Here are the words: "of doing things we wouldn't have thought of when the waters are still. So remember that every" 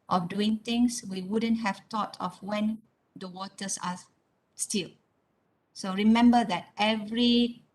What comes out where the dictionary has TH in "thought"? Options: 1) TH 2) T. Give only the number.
2